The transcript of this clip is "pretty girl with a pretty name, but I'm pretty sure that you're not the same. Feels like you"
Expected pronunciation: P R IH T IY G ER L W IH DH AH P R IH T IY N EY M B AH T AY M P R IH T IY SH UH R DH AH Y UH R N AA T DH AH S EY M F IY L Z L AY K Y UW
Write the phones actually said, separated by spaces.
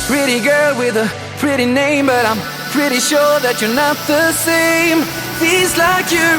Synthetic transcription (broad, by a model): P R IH T IY G ER L W IH DH AH P R IH T IY N EY M B AH T AY M P R IH T IY SH UH R DH AH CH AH R N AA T DH AH S EY M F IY Z L AY K Y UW